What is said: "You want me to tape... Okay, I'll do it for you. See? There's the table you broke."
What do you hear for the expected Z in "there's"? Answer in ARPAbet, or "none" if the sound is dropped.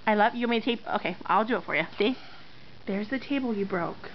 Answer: Z